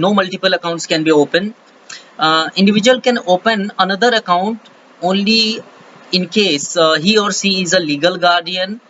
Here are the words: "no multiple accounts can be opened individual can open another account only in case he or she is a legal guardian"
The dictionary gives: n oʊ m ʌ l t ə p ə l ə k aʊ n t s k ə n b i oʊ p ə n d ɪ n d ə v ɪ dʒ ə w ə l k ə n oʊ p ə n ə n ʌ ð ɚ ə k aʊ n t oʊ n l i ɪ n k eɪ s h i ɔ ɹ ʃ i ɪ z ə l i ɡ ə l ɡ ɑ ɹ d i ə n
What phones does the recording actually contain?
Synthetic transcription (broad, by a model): n oʊ m ʌ l t ə p ə l ə k aʊ n t s k ə n b i oʊ p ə n ɪ n d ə v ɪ dʒ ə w ə l k ə n oʊ p ə n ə n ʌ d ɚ ə k aʊ n t oʊ n l i ɪ n k eɪ s h i ɔ ɹ s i ɪ z ə l i ɡ ə l ɡ ɑ ɹ d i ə n